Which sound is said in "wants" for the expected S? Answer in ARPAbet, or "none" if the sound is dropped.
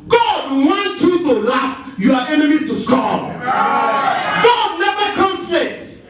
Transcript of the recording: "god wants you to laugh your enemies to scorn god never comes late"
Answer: none